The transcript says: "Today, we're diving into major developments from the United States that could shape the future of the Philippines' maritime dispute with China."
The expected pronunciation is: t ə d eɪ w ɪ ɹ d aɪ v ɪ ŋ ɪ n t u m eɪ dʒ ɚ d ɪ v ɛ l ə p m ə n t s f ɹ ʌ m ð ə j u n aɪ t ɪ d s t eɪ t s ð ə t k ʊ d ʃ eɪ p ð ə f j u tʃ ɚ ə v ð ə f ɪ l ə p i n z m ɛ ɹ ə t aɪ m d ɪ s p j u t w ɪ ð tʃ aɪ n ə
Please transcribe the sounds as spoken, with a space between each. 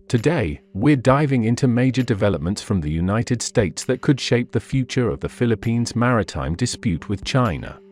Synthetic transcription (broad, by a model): t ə d eɪ w ɪ ɹ d aɪ v ɪ ŋ ɪ n t u m eɪ dʒ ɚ d ɪ v ɛ l ə p m ə n t s f ɹ ʌ m ð ə j u n aɪ t ɪ d s t eɪ t s ð ə t k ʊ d ʃ eɪ p ð ə f j u tʃ ɚ ə v ð ə f ɪ l ə p i n z m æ ɹ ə t aɪ m d ɪ s p j u t w ɪ ð tʃ aɪ n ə